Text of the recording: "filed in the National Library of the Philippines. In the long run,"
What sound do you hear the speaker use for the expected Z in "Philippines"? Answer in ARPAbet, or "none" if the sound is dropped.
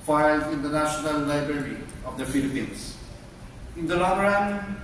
S